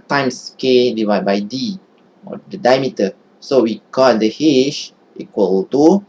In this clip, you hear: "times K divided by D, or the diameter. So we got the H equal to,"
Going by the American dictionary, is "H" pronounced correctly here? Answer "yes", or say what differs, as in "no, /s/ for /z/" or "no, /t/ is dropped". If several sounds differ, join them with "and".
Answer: no, /ʃ/ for /tʃ/